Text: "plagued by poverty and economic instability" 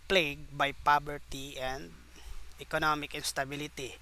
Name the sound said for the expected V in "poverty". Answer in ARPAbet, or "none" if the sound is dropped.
B